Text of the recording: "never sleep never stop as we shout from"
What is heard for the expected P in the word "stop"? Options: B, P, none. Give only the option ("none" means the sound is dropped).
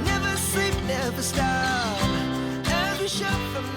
none